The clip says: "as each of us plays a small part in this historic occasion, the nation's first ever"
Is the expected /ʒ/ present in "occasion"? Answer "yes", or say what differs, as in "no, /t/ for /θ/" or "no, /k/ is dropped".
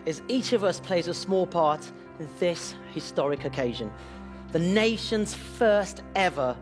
yes